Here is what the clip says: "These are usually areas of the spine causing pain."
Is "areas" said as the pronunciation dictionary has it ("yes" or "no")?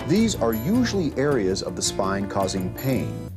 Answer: yes